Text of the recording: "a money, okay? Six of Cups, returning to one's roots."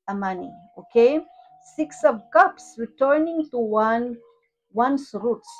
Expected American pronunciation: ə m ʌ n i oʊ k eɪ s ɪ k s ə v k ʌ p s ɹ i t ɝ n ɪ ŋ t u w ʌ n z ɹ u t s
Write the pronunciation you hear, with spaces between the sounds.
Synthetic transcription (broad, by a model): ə m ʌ n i oʊ k eɪ s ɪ k s ə v k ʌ p s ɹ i t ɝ n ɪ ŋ t u w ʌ n s ɹ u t s